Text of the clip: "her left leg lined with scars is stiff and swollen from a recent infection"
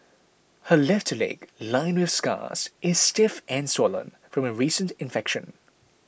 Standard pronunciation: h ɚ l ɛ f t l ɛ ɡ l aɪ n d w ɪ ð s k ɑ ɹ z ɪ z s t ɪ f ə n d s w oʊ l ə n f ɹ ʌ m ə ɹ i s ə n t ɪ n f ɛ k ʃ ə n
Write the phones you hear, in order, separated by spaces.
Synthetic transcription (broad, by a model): h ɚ l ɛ f t l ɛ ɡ l aɪ n w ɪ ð s k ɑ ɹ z ɪ z s t ɪ f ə n s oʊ l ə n f ɹ ʌ m ə ɹ i s ə n t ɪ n f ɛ k ʃ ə n